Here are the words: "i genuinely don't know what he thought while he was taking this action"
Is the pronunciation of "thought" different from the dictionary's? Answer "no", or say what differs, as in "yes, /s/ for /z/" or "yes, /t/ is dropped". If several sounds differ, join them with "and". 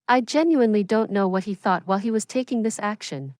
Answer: no